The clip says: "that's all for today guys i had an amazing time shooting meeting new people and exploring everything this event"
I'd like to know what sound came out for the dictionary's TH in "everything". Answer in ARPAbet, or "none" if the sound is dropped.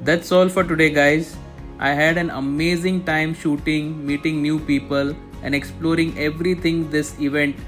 T